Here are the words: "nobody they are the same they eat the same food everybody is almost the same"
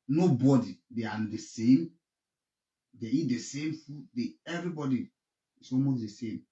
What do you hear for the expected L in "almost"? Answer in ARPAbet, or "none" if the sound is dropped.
none